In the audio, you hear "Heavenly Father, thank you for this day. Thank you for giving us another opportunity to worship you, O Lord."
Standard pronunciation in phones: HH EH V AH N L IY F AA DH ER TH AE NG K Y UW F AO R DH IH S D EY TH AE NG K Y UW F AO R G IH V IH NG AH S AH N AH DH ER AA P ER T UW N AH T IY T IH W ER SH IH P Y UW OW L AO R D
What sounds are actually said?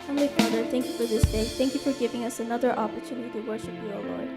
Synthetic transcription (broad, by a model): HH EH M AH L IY F AA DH ER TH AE NG K Y UW F AO R DH IH S D EY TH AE NG K Y UW F AO R G IH V IH NG AH S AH N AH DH ER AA P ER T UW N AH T IY T IH W ER SH IH P Y UW OW L AO R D